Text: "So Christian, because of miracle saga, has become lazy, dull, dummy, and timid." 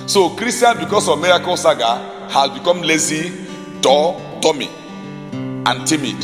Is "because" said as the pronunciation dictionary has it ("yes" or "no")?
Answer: no